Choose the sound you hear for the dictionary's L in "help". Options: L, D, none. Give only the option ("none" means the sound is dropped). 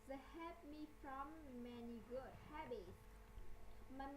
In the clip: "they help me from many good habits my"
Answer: none